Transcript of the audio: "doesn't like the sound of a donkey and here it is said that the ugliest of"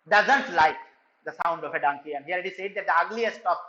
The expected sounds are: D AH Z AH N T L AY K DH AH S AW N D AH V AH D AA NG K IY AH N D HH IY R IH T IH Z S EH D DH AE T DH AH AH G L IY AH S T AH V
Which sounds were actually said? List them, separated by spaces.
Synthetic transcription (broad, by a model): D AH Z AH N T L AY K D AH S AW N D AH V AH D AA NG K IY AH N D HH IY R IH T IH S EH D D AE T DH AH AH G L IY AH S T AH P